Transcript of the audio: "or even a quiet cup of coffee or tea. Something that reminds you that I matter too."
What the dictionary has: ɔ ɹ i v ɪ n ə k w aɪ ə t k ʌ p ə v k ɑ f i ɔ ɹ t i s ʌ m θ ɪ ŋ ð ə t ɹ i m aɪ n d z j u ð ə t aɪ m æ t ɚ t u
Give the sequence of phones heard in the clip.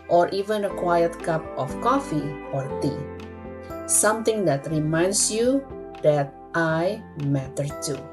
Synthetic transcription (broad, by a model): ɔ ɹ i v ɪ n ə k w aɪ ə t k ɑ p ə f k ɑ f i ɔ ɹ t i s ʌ m t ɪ ŋ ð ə t ɹ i m aɪ n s j u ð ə t aɪ m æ t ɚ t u